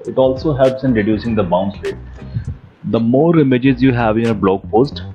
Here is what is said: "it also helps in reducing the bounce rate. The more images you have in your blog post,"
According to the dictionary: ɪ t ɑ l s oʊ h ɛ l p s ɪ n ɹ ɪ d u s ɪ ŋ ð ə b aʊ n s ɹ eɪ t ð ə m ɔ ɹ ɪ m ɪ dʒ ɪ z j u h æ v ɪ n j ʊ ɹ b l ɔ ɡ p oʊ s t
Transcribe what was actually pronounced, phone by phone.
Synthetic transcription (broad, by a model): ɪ t ɑ l s oʊ h ɛ l p s ɪ n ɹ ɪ d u s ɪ ŋ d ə b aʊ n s l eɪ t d ə m ɔ ɹ ɪ m ɪ dʒ ɪ z j u h æ v ɪ n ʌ b l ɔ ɡ p oʊ s t